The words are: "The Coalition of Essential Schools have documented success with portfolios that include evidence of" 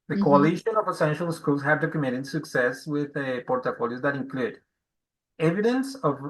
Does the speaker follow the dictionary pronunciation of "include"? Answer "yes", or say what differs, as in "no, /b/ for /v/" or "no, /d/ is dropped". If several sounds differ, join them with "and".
yes